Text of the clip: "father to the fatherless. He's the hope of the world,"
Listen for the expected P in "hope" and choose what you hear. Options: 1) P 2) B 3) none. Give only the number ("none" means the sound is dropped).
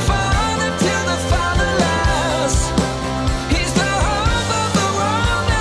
3